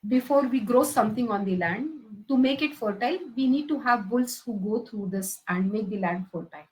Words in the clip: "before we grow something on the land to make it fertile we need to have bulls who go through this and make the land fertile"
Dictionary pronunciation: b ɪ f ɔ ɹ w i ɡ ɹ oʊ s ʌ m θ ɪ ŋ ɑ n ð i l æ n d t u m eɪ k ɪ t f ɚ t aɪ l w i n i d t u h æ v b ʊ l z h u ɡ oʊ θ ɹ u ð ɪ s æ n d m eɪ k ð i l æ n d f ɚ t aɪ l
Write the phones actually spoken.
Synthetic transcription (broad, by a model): b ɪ f ɔ ɹ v i ɡ ɹ oʊ s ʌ m t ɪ ŋ ɑ n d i l æ n d t u m eɪ k ɪ t f ɚ t aɪ l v i n i d t u h æ v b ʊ l s h u ɡ oʊ t ɹ u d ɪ s æ n d m eɪ k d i l æ n d f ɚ t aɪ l